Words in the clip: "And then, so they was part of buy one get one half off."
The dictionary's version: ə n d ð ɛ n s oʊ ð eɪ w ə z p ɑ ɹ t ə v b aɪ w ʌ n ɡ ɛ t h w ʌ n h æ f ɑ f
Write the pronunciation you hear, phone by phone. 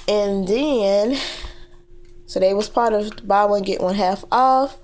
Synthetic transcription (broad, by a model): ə n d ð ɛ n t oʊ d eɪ w ə z p ɑ ɹ t ə v b aɪ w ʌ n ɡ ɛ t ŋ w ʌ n h æ f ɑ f